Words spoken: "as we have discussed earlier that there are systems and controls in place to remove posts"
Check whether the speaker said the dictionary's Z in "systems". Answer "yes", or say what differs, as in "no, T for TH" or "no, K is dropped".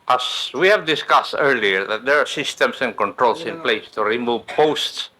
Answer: no, S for Z